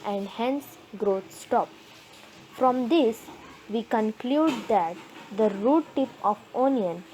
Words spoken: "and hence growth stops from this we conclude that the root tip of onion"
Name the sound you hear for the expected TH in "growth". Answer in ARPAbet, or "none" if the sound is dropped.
T